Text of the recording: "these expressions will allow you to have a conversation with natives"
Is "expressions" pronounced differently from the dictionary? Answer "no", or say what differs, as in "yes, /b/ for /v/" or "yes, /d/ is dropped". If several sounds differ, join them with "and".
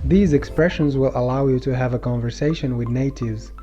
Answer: no